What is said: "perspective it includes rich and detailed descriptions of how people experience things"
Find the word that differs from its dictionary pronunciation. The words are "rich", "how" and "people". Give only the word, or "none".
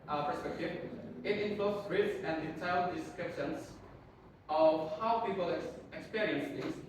rich